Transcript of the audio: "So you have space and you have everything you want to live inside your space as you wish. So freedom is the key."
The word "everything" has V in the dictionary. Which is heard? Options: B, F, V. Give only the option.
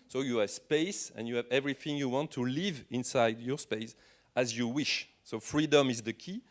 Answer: V